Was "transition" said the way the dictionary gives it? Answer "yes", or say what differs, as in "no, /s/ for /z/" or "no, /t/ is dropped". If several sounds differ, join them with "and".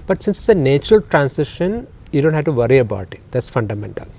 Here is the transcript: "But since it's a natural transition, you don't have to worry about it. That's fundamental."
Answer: no, /s/ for /z/